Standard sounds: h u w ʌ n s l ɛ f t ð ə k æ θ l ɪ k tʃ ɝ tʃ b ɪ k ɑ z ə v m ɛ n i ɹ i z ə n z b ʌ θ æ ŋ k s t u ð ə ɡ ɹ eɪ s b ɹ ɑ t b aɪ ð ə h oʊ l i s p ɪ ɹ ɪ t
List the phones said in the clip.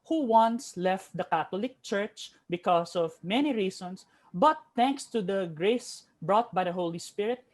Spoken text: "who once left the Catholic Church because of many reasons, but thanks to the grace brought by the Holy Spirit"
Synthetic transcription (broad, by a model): h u w ʌ n s l ɛ f t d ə k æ t l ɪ k tʃ ɝ tʃ b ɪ k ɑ s ə v m ɛ n i ɹ i s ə n s b ʌ t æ ŋ k s t u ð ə ɡ ɹ eɪ s b ɹ ɑ t b aɪ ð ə h oʊ l i s p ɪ ɹ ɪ t